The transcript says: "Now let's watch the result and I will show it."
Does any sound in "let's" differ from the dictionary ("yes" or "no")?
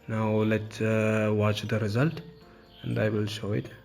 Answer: yes